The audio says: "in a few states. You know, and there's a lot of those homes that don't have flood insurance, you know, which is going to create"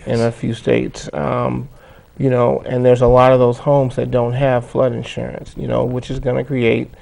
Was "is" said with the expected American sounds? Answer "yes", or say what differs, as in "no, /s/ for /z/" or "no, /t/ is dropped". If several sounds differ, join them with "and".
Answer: yes